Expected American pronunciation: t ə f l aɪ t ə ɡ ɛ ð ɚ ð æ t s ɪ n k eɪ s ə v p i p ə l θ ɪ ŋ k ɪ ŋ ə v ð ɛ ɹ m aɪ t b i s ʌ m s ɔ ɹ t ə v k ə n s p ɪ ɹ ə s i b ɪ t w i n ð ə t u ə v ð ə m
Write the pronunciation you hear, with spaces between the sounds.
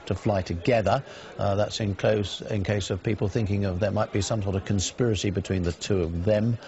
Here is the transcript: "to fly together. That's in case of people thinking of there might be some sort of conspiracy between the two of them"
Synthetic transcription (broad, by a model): t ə f l aɪ t ə ɡ ɛ ð ɚ ð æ t s ɪ n k eɪ s ə v p i p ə l θ ɪ ŋ k ɪ ŋ ə v ð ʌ ɹ m aɪ t b i s ʌ m s ɔ ɹ t ə v k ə n s p ɪ ɹ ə s i b ɪ t w i n ð ə t u ə v ð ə m